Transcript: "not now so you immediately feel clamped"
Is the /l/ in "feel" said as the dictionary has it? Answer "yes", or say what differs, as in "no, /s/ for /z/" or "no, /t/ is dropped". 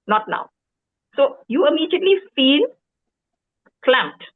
no, /n/ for /l/